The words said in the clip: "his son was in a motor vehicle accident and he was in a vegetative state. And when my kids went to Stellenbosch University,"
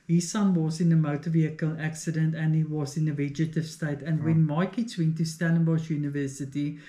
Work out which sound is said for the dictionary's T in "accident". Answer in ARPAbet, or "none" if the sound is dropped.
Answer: T